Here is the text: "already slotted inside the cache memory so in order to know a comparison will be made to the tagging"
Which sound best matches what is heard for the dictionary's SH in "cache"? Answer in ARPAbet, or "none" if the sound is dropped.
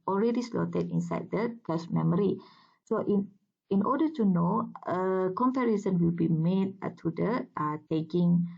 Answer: S